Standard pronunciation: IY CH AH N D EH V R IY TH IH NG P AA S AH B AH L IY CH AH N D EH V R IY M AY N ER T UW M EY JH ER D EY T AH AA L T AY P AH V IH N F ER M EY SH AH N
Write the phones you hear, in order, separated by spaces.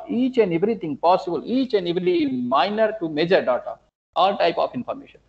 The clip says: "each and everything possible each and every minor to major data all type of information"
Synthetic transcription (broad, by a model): IY CH AH N D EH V R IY T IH NG P AA S AH B AH L IY CH AH N D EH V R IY M AY N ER T UW M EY JH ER D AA T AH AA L T AY P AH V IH N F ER M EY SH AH N